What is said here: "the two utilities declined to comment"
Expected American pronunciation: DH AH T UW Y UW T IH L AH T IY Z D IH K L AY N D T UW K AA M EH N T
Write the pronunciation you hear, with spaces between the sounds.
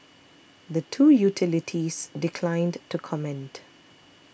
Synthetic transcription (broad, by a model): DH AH T UW Y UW T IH L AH T IY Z D IH K L AY N D T UW K AA M EH N T